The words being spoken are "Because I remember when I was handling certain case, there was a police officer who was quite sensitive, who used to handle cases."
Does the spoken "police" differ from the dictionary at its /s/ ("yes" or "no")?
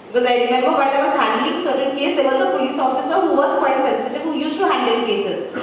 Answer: no